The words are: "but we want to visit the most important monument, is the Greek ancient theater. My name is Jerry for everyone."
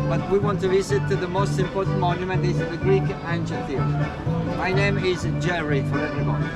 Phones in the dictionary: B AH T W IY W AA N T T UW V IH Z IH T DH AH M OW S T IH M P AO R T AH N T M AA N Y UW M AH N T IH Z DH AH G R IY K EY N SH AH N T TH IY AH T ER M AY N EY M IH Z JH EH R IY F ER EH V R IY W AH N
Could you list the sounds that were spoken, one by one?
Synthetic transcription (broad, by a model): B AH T W IY W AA N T T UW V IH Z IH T DH AH M OW S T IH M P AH L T M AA N Y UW M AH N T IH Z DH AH G R IY K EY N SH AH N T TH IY M AY N EY M IH Z JH EH R IY F ER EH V R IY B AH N